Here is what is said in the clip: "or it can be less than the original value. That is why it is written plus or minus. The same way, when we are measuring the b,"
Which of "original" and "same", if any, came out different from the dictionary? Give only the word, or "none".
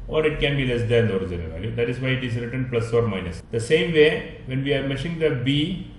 original